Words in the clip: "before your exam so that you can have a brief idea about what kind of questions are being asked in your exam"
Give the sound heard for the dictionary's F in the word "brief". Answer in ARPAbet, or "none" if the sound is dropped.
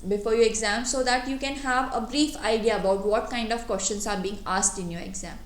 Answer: F